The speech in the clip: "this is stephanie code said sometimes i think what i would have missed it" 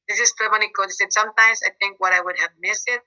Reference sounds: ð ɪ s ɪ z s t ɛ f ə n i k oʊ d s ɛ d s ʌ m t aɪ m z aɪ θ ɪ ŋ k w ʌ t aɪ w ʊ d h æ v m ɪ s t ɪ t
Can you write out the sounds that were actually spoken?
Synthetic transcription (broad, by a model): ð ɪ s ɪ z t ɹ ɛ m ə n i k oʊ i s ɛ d s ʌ m t aɪ m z aɪ θ ɪ ŋ k w ʌ t aɪ w ʊ d h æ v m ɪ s ɪ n